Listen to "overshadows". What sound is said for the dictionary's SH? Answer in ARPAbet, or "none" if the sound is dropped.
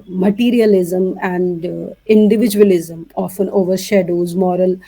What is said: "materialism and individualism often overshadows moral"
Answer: SH